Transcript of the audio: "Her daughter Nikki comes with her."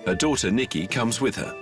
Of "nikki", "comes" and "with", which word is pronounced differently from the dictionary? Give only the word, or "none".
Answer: none